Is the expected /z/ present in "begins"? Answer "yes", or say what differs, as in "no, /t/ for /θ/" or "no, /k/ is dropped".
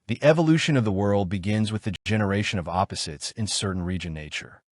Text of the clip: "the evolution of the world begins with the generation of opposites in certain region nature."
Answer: yes